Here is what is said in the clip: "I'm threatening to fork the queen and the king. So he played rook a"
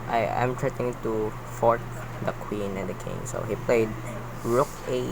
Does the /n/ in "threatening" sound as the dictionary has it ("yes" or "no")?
no